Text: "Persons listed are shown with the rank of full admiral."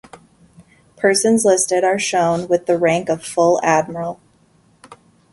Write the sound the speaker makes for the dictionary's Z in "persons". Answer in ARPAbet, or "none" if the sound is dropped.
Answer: Z